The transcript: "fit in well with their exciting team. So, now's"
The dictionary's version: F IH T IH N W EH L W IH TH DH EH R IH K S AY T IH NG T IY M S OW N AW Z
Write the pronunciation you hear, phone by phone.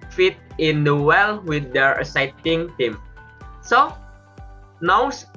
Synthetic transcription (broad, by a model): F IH T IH N W EH L W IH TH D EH R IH S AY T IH NG T IY M S OW N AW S